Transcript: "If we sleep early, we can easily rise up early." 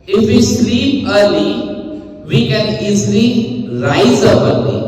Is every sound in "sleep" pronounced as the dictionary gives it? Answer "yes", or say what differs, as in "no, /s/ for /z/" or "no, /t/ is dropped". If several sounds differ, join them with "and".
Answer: no, /p/ is dropped